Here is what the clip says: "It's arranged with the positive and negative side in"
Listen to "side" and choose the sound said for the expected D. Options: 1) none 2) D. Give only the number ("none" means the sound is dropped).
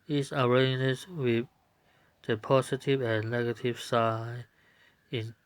1